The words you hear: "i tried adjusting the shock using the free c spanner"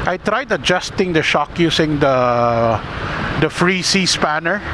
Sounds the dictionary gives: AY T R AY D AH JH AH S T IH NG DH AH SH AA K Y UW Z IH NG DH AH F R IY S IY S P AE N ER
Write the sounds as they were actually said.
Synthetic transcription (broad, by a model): AY T R AY D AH JH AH S T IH NG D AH SH AA K Y UW S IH NG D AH F R IY S IY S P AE N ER